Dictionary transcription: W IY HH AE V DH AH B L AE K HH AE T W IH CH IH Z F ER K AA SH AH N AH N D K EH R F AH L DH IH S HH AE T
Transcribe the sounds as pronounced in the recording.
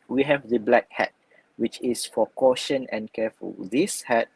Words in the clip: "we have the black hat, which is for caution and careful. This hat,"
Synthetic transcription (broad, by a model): W IY HH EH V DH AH B L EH K HH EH T W IH CH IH S F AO K AA SH AH N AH N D K EH F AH L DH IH S HH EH T